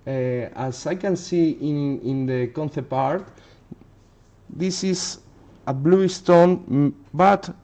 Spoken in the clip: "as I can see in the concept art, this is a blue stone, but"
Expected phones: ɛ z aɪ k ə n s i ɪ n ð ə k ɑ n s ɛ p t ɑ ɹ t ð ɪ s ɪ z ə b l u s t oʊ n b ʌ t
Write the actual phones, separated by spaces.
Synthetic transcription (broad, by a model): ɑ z aɪ k ə n s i ɪ n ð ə k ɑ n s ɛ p ɑ ɹ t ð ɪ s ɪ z ə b l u s t oʊ n b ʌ t